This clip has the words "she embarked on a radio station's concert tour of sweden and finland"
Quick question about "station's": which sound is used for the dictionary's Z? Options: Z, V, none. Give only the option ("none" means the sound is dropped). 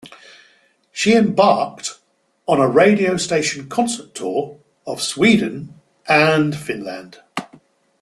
none